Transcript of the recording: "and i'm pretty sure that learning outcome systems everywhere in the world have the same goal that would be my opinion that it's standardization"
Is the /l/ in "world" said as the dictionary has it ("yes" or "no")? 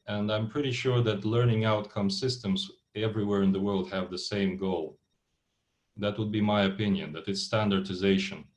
yes